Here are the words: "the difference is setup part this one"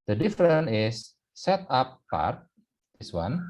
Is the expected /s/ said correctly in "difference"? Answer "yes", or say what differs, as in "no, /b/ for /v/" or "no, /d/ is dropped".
no, /s/ is dropped